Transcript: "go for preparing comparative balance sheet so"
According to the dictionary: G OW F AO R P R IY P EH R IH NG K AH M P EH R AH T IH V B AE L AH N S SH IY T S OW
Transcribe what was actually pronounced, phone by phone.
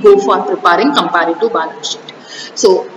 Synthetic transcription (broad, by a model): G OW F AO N P R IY P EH R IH NG K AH M P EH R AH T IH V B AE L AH S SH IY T S OW